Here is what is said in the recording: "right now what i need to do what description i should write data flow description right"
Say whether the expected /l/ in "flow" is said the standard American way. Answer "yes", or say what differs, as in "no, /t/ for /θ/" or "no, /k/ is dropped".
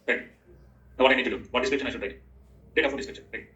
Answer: no, /l/ is dropped